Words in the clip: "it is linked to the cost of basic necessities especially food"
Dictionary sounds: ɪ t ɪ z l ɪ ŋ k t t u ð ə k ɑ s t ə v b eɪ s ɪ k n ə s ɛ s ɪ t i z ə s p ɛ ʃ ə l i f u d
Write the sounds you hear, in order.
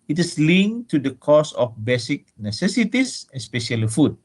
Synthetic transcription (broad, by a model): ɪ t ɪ s l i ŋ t t u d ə k ɑ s ə f b eɪ s ɪ k n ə s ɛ s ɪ t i s ə s p ɛ ʃ ə l i f u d